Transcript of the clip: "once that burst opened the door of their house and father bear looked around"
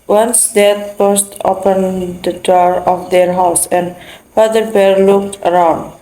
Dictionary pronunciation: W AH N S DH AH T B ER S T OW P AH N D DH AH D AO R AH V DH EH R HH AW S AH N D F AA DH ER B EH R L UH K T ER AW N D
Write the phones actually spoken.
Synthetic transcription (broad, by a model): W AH N S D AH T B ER S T OW P AH N D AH D AO R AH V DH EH R HH AW S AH N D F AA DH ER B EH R L UH K T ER AW N D